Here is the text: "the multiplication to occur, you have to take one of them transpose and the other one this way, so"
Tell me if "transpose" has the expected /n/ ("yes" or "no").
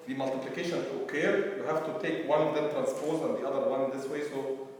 yes